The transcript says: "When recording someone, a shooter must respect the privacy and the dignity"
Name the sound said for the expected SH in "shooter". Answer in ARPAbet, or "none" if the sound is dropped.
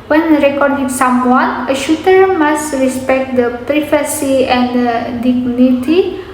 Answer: SH